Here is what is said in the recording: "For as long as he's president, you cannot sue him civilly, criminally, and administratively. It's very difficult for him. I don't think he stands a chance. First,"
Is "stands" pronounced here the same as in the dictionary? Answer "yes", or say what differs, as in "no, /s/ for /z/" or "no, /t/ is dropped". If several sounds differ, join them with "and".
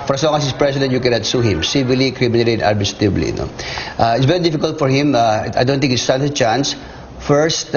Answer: no, /z/ is dropped